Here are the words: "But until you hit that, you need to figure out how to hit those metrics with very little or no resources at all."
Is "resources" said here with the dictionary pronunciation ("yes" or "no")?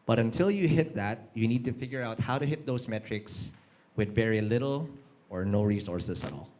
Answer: no